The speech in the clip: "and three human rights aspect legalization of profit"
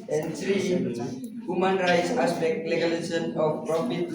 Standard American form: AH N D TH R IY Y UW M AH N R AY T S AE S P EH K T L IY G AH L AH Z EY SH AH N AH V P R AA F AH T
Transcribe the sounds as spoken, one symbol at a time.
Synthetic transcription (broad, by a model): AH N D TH R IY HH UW M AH N R AY T S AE S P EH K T L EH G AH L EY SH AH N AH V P R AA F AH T